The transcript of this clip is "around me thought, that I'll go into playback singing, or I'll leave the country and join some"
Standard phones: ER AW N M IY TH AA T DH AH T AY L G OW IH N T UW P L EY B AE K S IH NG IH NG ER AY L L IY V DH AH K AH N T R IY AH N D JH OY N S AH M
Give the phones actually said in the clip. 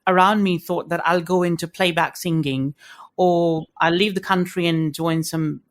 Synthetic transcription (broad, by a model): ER AW N M IY TH AA T DH AH T AY L G OW IH N T UW P L EY B AE K S IH NG IH NG ER AY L L IY V DH AH K AH N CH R IY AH N JH OY N S AH M